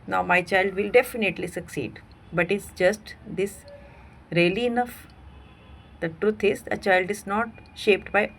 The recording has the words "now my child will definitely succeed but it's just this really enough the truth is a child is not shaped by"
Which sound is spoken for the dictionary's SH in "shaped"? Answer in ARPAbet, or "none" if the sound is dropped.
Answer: SH